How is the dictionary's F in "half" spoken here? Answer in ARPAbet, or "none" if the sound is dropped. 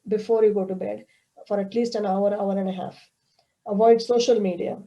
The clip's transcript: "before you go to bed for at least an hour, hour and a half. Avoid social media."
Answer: F